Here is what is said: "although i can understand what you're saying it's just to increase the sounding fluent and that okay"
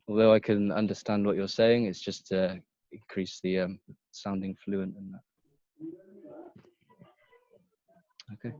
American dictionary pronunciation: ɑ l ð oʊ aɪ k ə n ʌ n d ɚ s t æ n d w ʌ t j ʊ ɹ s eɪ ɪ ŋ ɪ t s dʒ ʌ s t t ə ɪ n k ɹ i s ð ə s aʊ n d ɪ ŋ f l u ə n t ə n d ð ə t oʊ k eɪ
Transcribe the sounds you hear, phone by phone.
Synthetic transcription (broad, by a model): ɑ l ð oʊ aɪ k ə n ʌ n d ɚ s t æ n d w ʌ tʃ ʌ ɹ s eɪ ɪ ŋ ɪ t s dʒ ʌ s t t ə ɪ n k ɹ i s ð ə s aʊ n d ɪ ŋ f l u ə n t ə n ð ə t oʊ k eɪ